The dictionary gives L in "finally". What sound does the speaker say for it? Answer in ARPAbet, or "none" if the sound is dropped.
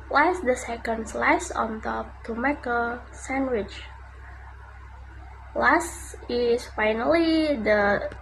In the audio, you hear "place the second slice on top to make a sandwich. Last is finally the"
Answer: L